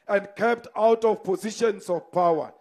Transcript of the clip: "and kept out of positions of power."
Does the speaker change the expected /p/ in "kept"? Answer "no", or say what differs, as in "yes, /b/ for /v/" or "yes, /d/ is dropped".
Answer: no